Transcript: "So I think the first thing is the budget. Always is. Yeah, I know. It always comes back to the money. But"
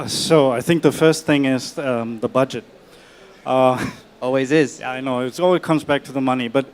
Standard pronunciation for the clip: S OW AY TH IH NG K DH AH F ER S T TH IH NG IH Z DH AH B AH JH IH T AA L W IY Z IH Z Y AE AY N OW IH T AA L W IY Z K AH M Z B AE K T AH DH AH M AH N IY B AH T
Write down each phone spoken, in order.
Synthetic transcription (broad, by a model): S OW AY TH IH NG K DH AH F ER S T TH IH NG IH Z DH AH B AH JH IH T AA L W IY Z IH Z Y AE AY N OW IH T AA L W IY Z K AH M Z B AE K T AH DH AH M AH N IY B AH T